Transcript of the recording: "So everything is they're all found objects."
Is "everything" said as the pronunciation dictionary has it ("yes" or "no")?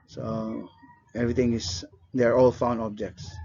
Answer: no